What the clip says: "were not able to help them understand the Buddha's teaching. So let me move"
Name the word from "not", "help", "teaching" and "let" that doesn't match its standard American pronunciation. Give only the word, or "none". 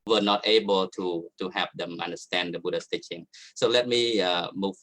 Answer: help